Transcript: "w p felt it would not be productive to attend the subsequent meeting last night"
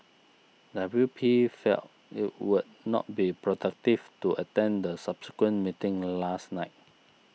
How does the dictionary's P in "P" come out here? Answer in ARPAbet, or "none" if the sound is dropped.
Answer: P